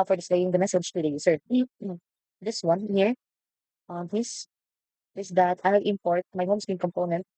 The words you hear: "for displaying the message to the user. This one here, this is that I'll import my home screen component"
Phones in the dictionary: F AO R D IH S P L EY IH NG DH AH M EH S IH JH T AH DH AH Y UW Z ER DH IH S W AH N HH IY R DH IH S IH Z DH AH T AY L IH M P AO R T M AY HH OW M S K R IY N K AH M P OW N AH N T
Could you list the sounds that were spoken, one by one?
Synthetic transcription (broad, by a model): F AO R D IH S L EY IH NG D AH M EH S IH JH T AH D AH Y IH S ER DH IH S W AH N HH IY R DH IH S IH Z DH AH T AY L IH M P AO R T M AY HH OW M S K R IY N K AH M P OW N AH N T